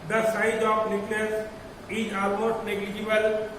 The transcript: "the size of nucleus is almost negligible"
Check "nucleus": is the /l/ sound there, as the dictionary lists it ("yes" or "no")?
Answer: no